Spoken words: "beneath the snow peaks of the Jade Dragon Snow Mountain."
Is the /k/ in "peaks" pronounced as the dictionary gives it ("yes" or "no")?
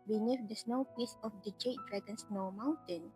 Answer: no